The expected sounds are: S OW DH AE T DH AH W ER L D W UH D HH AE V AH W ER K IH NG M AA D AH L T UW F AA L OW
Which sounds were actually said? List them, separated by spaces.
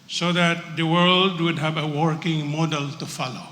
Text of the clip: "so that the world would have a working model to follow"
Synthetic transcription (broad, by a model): S OW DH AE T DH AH W ER L D W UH D HH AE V AH W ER K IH NG M AA D AH L T UW F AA L OW